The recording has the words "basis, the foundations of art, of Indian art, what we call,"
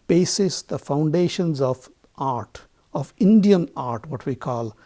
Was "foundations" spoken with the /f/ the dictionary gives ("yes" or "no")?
yes